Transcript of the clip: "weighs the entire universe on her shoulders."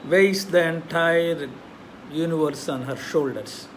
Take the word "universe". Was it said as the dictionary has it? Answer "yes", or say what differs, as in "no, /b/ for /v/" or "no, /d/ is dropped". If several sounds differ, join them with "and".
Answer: yes